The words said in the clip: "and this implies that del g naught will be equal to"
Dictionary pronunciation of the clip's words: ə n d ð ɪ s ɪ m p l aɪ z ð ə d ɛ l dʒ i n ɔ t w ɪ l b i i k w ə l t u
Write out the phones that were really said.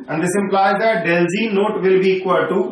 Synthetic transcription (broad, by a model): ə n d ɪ s ɪ m p l aɪ z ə d ɛ l z i n ɔ t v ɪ l b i i k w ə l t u